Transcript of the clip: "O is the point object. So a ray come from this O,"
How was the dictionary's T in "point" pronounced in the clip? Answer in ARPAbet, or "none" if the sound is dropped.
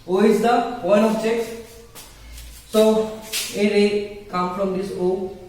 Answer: none